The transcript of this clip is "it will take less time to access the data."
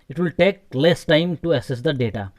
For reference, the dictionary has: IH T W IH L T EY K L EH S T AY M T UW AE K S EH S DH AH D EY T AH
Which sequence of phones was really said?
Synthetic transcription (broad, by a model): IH T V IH L T EY K L EH S T AY M T UW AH S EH S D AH D EY T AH